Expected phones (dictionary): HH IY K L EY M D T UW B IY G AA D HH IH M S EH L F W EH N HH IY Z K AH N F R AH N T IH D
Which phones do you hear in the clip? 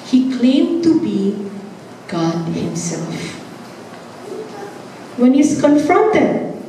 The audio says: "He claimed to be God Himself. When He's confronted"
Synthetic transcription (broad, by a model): HH IY K L EY M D T UW B IY G AA D HH IH M S EH L F W EH N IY S K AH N F R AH N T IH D